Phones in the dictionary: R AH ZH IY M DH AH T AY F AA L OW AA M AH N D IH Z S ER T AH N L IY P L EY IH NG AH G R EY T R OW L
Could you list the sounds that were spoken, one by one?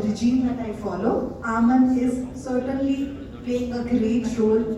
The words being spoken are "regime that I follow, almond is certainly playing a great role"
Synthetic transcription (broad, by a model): R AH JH IY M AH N AY F AA L OW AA M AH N IH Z S ER T AH N L IY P EY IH NG AH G R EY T R OW L